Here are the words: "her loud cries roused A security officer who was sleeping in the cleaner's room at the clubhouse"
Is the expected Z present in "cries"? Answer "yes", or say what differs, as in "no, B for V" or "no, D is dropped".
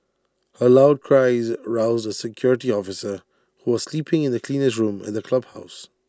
yes